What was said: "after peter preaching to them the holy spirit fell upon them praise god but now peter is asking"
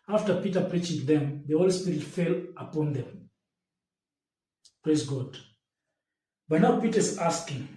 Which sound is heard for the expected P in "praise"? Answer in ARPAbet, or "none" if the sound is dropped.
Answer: P